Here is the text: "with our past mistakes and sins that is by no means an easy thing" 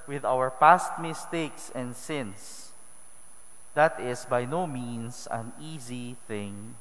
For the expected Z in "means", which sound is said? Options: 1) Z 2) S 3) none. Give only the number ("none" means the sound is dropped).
2